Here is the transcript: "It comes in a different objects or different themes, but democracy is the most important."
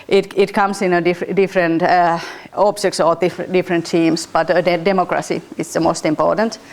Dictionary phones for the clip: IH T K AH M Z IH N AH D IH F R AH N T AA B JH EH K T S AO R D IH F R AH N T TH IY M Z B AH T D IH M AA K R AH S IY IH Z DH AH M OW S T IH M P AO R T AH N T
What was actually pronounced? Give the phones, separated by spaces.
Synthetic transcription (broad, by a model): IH T K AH M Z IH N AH D IH F R AH N T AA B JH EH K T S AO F D IH F R AH N T IY M S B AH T D IH M AA K R AH S IY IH S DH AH M OW S T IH M P AO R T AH N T